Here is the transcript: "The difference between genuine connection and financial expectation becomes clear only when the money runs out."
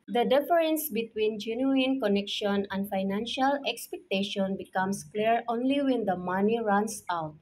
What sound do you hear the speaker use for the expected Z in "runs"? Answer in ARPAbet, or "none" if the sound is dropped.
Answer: S